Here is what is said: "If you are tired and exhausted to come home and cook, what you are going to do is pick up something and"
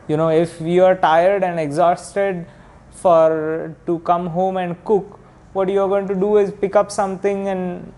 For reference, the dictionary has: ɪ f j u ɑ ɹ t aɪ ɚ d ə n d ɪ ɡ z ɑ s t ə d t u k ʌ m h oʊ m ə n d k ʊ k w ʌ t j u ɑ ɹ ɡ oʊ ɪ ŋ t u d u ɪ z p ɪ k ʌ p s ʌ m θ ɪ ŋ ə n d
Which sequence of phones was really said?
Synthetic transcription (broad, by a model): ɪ f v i ɑ ɹ t aɪ ɚ d ə n d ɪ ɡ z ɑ s t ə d t u k ʌ m h oʊ m ə n d k ʊ k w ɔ t j u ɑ ɹ ɡ oʊ ɪ ŋ t u d u ɪ z p ɪ k ʌ p s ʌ m t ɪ ŋ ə n d